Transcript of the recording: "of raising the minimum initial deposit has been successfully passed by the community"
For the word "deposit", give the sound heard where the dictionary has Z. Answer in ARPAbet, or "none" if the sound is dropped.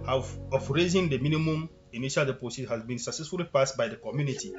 S